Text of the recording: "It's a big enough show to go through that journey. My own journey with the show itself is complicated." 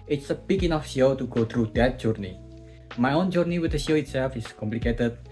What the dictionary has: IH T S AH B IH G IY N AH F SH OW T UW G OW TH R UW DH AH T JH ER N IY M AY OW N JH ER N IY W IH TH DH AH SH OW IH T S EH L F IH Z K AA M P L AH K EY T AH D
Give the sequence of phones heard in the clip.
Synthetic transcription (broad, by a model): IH T S AH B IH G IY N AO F SH OW T UW G OW T R UW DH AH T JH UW N IY M AY OW N JH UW N IY W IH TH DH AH SH OW IH T S EH L F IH S K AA M P L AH K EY T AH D